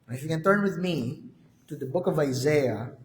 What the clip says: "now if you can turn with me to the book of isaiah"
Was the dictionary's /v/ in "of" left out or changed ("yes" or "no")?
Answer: no